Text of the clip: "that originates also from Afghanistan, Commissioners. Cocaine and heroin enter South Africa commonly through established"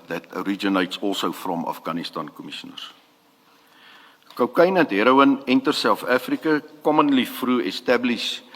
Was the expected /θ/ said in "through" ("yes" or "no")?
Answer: no